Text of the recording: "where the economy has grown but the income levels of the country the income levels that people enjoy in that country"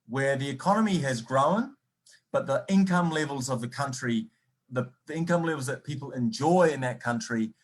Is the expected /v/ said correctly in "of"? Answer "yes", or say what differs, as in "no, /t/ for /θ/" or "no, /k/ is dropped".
yes